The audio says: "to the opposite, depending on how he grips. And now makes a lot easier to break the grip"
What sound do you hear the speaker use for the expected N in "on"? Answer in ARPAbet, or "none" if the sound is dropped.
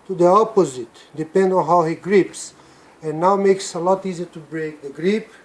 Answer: N